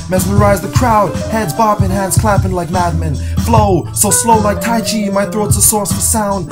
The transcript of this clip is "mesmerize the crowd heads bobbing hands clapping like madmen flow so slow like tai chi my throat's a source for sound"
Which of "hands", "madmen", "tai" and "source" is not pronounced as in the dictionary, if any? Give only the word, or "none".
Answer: none